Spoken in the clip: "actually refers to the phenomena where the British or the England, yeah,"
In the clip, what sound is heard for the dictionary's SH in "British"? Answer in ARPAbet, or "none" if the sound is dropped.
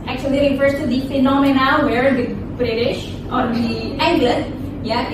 SH